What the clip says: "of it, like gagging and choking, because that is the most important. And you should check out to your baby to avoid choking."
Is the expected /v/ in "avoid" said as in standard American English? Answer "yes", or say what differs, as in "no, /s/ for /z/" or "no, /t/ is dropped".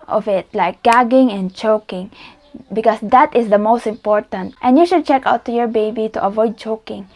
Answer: yes